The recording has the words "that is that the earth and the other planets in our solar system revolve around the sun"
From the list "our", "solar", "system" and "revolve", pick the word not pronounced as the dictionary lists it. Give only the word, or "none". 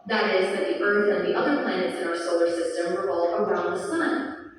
revolve